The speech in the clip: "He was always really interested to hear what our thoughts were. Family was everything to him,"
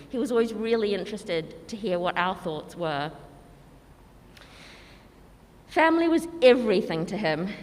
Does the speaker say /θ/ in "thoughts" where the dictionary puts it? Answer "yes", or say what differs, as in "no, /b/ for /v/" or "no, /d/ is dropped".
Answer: yes